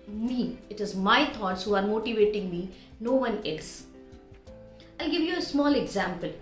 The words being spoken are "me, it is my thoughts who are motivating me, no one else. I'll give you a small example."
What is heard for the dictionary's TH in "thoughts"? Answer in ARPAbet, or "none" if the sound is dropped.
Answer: T